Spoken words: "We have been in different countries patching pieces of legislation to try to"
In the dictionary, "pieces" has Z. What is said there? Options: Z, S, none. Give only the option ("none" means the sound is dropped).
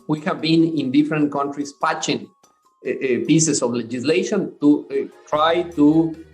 S